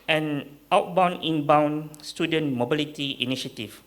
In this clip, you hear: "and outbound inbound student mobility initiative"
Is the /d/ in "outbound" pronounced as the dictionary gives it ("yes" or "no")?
no